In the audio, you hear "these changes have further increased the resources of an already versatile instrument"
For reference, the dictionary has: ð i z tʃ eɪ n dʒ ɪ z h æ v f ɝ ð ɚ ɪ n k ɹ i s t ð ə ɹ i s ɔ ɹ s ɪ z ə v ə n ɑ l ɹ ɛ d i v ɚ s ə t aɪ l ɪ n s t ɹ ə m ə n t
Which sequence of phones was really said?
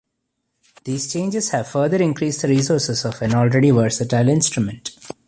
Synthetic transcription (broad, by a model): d i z tʃ eɪ n dʒ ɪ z h æ v f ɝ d ɚ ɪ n k ɹ i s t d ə ɹ i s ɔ ɹ s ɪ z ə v ə n ɑ l ɹ ɛ d i v ɚ s ə t aɪ l ɪ n s t ɹ ə m ə n t